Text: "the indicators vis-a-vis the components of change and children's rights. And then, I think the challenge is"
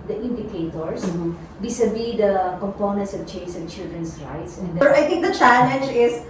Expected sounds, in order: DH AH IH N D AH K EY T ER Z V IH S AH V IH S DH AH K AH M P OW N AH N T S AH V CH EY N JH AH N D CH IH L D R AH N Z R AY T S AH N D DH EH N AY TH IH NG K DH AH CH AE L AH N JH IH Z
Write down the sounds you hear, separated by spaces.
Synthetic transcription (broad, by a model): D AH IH N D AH K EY T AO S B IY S AH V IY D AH K AH M P OW N AH N T S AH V CH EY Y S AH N CH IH L D R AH N S R AY T S AH N D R AY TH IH NG K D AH CH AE L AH N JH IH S